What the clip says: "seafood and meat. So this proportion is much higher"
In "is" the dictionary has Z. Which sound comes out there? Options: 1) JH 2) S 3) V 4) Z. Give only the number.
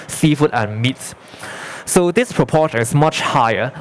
2